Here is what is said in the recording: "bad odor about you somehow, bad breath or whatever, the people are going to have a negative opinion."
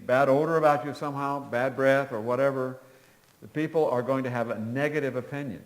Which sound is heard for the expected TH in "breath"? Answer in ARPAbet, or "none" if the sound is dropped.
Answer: TH